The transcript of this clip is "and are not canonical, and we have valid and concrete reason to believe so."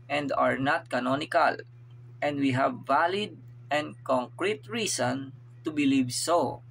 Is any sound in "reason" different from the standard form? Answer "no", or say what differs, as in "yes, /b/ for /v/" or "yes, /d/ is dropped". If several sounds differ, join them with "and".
yes, /s/ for /z/